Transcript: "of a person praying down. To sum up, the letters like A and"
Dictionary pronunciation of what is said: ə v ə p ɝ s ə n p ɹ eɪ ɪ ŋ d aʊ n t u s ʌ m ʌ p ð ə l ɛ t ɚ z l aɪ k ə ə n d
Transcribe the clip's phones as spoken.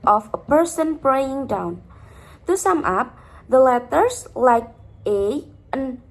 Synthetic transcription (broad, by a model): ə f ə p ɝ s ə n p ɹ eɪ ɪ ŋ d aʊ n t u s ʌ m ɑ p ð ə l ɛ t ɚ s l aɪ k ə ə n